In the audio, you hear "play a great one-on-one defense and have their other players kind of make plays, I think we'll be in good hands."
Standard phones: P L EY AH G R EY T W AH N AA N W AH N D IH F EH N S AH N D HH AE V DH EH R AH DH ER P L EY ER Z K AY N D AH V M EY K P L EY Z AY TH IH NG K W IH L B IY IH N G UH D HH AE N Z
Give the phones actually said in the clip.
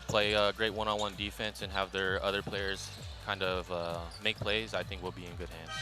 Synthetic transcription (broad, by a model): P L EY AH G R EY T W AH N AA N W AH N D IH F EH N S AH N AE V DH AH R AH DH ER P L EY ER Z K AY N D AH V M EY K P L EY Z AY TH IH NG K W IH L B IY IH N G UH D HH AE N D